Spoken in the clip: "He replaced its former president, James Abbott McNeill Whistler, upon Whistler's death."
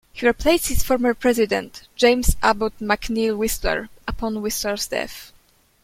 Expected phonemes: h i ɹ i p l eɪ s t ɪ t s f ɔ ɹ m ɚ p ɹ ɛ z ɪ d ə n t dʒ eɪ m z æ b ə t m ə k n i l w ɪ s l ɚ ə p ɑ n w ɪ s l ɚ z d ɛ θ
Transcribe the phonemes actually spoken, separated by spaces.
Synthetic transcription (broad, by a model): h i ɹ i p l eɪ s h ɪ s f ɔ ɹ m ɚ p ɹ ɛ z ɪ d ə n t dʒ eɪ m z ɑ b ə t m ə k n i l w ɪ s l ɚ ə p ɑ n w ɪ s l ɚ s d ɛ f